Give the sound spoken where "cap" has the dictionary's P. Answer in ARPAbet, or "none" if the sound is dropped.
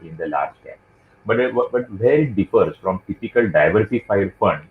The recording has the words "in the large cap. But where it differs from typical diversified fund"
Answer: B